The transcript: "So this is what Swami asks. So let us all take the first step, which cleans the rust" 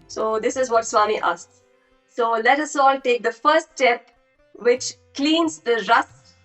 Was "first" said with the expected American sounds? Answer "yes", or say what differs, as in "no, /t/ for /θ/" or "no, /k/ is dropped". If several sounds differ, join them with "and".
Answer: no, /s/ is dropped